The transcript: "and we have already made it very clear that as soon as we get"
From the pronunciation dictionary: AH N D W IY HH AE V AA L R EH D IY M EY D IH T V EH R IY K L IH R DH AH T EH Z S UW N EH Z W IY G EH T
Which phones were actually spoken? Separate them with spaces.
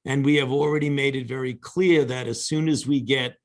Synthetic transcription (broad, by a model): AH N W IY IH V L R EH D IY M EY D IH T V EH R IY K L IH R DH AH T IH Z S UW N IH Z W IY G EH T